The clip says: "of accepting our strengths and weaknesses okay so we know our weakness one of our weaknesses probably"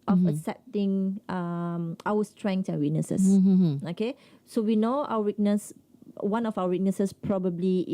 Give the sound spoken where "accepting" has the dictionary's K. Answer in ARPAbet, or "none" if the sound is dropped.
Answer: none